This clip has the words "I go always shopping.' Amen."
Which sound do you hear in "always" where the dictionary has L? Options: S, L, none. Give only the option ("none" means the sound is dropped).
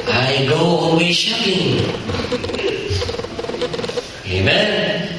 none